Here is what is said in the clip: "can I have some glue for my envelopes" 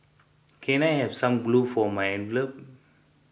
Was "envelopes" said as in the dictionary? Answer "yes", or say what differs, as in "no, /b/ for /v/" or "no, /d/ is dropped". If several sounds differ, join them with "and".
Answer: no, /s/ is dropped